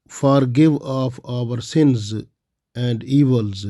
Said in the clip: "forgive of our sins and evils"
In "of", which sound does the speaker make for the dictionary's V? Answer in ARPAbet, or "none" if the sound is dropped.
P